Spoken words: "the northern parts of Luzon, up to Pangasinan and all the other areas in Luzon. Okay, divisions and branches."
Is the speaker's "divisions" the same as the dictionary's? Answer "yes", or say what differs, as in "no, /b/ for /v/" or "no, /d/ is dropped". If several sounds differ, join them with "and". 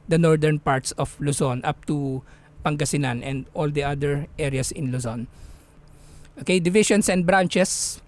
no, /ʃ/ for /ʒ/ and /s/ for /z/